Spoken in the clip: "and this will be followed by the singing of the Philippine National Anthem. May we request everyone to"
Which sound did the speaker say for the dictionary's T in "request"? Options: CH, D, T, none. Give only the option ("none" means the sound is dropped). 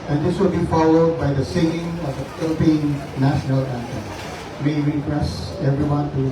none